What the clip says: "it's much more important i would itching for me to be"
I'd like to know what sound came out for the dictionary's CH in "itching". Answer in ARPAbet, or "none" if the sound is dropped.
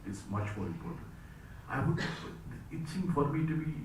S